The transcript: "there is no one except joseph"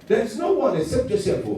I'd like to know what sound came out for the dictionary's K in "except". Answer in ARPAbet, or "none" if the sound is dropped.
none